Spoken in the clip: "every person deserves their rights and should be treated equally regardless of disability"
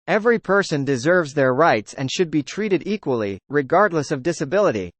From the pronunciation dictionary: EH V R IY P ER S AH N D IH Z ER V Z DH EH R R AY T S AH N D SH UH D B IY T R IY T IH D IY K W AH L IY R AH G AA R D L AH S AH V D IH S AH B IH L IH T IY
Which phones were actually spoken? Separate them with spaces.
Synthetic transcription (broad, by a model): EH V R IY P ER S AH N D IH Z ER V Z DH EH R R AY T S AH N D SH UH D B IY T R IY T IH D IY K W AH L IY R AH G AA R D L AH S AH V D IH S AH B IH L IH T IY